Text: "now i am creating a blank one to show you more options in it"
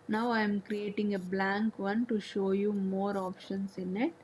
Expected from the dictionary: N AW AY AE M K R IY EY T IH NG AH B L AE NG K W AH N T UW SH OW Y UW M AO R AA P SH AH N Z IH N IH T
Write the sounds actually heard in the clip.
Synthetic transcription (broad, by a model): N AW AY M K R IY EY T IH NG AH B L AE NG K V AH N T UW SH OW Y UW M AO R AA P SH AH N S IH N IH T